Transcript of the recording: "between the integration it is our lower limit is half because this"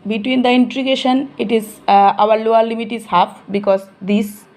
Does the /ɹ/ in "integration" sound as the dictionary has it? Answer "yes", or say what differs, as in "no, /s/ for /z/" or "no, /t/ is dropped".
no, /ɹ/ is dropped